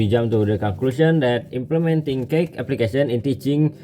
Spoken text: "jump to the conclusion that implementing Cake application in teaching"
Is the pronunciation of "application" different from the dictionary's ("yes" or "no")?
yes